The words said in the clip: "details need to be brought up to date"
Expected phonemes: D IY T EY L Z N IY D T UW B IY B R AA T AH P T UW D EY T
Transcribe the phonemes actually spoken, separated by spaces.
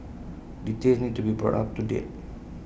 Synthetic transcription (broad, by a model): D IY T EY Z N IY D T UW B IY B R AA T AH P T UW D EY T